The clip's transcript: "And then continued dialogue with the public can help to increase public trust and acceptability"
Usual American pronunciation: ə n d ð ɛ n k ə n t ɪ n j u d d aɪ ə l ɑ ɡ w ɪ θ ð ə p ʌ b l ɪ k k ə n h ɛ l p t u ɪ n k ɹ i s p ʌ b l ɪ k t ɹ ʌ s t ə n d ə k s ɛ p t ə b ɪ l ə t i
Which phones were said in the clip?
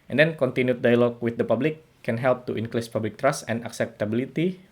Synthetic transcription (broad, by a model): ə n d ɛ n k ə n t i n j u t d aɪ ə l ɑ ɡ w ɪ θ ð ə p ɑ b l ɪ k k ə n h ɛ l p t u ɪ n k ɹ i s p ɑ b l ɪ k t ɹ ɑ s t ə n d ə k s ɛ p t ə b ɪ l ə t i